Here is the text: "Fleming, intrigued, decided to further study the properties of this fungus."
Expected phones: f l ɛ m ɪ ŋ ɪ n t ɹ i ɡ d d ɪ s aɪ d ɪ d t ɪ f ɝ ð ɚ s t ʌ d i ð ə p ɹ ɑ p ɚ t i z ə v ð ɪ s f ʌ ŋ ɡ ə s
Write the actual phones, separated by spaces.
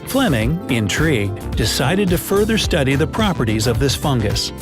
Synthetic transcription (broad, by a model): f l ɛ m ɪ ŋ ɪ n t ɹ i ɡ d d ɪ s aɪ d ɪ d t ɪ f ɝ ð ɚ s t ʌ d i ð ə p ɹ ɑ p ɚ t i z ə v ð ɪ s f ʌ ŋ ɡ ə s